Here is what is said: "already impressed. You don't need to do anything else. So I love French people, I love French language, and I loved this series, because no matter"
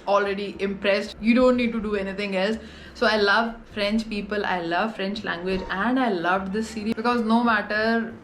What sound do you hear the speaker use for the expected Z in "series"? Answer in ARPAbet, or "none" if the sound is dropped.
none